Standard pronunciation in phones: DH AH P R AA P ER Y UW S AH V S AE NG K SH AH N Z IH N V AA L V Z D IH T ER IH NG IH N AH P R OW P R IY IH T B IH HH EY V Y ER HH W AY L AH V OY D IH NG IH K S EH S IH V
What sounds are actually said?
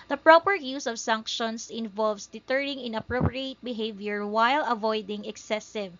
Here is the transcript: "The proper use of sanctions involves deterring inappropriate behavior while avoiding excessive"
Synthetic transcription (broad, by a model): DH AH P R AA P ER Y UW S AH V S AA NG K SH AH N S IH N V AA L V S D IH T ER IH NG IH N AH P R OW P R IY IH T B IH HH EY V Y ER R W AY L AH V OY D IH NG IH K S EH S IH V